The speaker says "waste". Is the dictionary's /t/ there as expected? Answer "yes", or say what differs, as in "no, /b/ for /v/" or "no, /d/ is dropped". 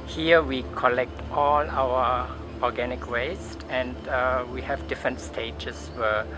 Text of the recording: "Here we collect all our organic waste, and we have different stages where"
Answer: yes